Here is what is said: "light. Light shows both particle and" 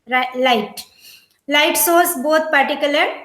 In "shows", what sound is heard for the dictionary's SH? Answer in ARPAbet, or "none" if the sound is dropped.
S